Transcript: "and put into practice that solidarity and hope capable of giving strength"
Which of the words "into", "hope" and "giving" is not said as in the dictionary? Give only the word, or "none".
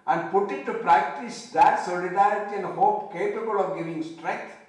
into